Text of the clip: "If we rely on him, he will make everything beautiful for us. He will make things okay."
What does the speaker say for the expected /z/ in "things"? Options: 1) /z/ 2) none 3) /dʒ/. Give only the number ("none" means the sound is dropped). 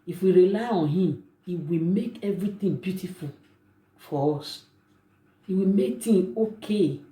2